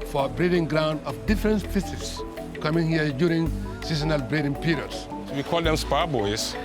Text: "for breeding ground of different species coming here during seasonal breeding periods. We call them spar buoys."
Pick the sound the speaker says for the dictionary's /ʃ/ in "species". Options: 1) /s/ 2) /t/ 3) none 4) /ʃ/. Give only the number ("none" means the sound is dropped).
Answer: 1